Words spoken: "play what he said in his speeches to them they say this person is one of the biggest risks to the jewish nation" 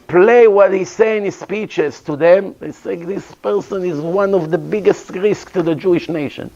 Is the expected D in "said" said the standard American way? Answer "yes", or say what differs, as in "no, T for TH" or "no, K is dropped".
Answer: no, D is dropped